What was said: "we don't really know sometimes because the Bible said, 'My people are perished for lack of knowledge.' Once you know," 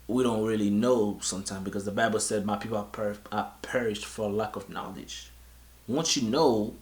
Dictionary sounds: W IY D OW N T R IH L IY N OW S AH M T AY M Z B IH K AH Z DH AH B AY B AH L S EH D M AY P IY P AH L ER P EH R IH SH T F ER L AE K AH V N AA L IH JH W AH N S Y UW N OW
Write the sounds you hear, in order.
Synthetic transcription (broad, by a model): W IY D OW N T R IH L IY N OW S AH M T AY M B IH K AH Z DH AH B AY B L S EH D M AY P IY P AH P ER P EH R IH SH T F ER L AE K AH V N AA L IH JH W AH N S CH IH N OW